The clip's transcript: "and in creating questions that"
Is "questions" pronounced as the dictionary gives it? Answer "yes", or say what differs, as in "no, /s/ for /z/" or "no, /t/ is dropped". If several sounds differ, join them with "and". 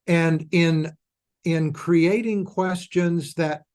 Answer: yes